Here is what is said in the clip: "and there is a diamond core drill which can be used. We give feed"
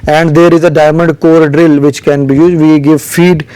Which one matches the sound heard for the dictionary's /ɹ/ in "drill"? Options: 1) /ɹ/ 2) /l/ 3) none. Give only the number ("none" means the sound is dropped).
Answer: 1